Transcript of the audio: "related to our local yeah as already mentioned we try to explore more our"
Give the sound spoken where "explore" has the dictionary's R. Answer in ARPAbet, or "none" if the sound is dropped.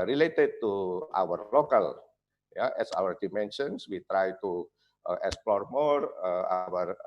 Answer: R